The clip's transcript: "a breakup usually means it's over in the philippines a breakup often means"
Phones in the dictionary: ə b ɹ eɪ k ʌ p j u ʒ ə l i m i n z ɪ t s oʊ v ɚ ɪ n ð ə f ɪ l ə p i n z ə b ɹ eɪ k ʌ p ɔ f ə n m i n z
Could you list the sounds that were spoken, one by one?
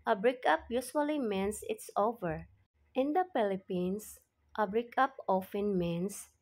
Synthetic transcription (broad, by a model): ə b ɹ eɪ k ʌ p j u s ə l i m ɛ n s ɪ t s oʊ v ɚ ɪ n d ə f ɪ l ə p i n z ə b ɹ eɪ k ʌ p ɔ f ə n m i n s